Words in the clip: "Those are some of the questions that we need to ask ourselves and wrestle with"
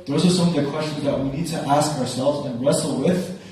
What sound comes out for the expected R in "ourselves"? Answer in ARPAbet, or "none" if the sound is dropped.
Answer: R